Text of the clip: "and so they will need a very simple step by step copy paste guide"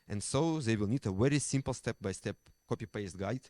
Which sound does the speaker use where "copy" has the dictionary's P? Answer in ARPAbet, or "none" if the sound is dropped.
P